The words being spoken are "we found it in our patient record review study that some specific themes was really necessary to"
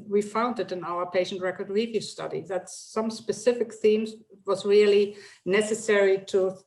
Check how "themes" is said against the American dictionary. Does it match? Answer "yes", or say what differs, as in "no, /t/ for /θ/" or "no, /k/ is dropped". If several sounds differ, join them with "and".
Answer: yes